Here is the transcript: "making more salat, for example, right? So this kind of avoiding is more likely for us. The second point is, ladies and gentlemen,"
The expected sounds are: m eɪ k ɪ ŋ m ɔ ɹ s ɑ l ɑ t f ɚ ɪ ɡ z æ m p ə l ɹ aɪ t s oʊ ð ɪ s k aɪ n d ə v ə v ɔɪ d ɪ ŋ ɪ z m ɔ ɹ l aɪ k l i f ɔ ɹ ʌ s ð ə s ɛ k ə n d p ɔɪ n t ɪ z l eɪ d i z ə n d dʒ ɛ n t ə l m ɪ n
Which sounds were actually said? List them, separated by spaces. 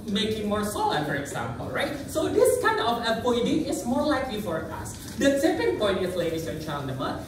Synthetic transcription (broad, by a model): m eɪ k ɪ ŋ m ɔ ɹ s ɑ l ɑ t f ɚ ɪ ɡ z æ m p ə l ɹ aɪ t s oʊ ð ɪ s k aɪ n d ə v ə p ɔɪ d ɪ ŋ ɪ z m ɔ ɹ l aɪ k l i f ɔ ɹ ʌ s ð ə s ɛ k ə n d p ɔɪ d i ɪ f l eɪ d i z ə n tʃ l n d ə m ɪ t